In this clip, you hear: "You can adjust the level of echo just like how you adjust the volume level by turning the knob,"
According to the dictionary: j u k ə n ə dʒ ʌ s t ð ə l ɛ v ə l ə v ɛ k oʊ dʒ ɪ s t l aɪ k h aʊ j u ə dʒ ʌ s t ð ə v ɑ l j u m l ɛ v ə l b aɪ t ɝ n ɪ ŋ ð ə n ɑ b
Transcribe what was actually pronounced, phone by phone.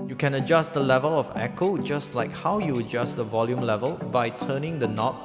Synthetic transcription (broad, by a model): j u k ə n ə dʒ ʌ s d ə l ɛ v ə l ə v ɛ k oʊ dʒ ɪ s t l aɪ k h aʊ j u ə dʒ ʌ s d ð ə v ɑ l j u m l ɛ v ə l b aɪ t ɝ n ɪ ŋ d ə n ɑ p